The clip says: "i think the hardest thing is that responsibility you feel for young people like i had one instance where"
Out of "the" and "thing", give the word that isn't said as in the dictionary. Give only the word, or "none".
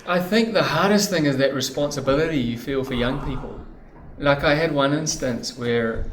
none